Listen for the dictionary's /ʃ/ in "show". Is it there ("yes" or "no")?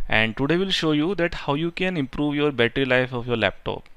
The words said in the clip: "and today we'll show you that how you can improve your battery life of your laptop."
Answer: yes